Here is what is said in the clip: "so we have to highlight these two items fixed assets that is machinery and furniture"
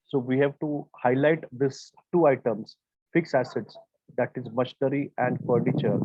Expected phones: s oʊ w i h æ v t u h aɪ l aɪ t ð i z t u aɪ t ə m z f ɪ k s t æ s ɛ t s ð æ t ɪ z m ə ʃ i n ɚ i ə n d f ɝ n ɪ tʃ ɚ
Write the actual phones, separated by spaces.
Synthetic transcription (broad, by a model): s oʊ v i h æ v t u h aɪ l aɪ t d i s t u aɪ t ə m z f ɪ k s æ s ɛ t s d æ t ɪ z m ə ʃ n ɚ i ə n d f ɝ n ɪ tʃ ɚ